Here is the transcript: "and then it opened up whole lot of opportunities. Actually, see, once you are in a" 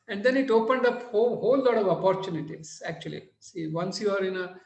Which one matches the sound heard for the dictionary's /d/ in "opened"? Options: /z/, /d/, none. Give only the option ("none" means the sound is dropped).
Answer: /d/